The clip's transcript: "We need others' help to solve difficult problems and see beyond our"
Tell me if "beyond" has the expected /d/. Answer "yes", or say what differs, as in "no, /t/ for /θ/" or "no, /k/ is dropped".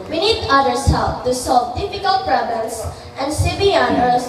no, /d/ is dropped